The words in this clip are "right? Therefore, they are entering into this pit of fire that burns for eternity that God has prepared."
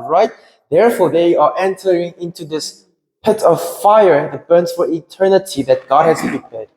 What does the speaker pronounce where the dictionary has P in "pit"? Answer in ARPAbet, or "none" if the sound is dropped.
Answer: P